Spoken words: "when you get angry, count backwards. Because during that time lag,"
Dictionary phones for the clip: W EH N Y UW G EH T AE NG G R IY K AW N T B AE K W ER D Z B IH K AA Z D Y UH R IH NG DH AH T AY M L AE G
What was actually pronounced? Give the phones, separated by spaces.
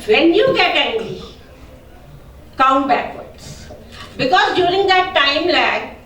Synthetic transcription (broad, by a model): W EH N Y UW G EH T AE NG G IY K AW N T B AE K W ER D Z B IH K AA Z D Y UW R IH NG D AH T AY M L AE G